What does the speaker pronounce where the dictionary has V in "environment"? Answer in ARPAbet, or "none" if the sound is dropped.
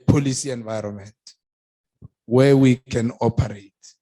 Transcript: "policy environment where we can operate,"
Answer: V